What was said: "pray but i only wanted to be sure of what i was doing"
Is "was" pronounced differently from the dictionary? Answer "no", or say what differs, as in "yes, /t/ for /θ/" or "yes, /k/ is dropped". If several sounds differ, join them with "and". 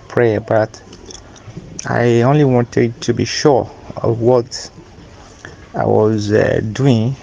no